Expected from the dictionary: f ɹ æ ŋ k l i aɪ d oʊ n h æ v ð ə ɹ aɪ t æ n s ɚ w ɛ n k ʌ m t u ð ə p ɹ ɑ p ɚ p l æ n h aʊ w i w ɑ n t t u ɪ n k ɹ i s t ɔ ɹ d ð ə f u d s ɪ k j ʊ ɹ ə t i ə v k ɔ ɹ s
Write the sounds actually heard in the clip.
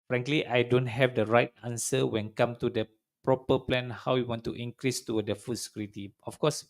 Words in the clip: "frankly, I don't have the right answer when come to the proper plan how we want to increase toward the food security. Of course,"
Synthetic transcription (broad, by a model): f ɹ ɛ ŋ k l i aɪ d oʊ n h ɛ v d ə ɹ aɪ t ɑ n s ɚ w ɛ n k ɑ m t u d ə p ɹ ɑ p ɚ p l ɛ n h aʊ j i w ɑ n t t u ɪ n k ɹ i s t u d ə f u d s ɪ k j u ɹ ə t i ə f k ɔ s